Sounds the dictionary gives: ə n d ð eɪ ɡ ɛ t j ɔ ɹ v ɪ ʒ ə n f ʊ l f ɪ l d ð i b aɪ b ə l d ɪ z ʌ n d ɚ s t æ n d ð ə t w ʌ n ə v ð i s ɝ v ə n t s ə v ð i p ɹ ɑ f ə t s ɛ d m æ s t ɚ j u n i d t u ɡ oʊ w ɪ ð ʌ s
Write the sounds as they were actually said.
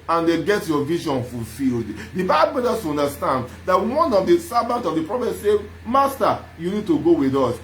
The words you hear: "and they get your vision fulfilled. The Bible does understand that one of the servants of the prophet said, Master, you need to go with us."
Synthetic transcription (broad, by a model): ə n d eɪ ɡ ɛ t j ɔ v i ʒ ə n f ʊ l f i l d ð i b aɪ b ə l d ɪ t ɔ n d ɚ s t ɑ n d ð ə t w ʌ n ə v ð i s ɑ b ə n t ə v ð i p ɹ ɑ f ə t s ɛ m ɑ s t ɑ j u n i d t u ɡ oʊ w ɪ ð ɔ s